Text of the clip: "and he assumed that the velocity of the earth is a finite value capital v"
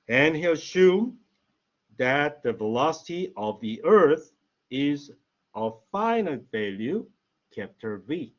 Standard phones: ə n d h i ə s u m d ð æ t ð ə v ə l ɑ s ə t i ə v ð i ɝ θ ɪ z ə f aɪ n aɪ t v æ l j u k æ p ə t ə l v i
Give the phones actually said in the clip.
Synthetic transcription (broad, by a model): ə n h i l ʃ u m ð æ t ð ə v ə l ɑ s ə t i ə v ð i ɝ θ ɪ z ə f aɪ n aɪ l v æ l j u k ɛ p t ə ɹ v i